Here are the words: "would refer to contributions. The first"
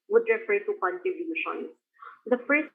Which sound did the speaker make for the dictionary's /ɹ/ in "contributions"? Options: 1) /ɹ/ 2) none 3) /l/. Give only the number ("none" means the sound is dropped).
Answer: 2